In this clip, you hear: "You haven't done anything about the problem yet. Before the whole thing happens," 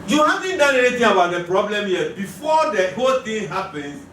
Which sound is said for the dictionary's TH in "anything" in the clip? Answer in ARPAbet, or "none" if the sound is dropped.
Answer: T